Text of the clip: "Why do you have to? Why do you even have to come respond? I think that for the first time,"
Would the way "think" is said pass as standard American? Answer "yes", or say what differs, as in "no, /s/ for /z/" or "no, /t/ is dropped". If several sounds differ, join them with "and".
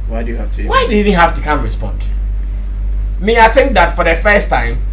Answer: yes